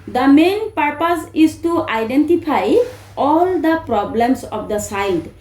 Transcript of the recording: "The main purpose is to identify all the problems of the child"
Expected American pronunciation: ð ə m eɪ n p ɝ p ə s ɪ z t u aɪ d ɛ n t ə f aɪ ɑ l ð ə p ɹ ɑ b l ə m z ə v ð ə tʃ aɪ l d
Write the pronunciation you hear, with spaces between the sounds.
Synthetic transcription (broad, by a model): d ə m eɪ n p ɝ p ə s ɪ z t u aɪ d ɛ n t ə p aɪ ɑ l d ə p ɹ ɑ b l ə m s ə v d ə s aɪ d